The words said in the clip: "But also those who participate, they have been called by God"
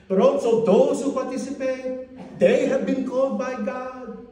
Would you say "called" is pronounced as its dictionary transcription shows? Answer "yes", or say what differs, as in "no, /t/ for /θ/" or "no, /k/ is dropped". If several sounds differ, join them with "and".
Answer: no, /l/ is dropped